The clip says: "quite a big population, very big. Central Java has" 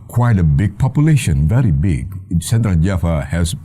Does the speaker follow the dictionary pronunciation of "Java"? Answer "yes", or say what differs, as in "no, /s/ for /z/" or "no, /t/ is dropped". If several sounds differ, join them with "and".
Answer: no, /f/ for /v/